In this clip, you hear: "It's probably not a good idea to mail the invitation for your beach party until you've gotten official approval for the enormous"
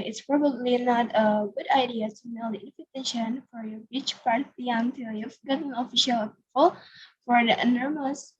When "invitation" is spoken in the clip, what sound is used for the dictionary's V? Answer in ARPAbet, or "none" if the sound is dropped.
F